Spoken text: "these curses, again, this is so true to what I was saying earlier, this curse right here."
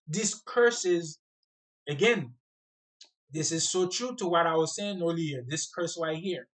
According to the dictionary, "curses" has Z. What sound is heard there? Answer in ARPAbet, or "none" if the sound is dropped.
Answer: Z